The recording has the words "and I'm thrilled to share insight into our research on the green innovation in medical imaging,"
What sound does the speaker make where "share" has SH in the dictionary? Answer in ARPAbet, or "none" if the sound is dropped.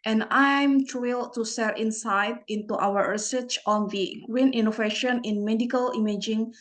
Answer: S